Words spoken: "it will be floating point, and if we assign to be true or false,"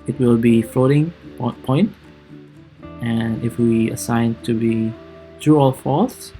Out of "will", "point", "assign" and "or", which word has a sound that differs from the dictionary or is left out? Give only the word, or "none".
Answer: or